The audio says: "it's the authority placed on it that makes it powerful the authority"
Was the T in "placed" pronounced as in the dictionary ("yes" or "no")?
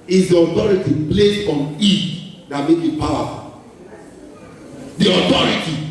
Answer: no